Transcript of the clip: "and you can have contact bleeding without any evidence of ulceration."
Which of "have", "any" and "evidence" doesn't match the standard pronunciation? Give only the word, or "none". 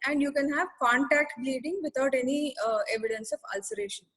none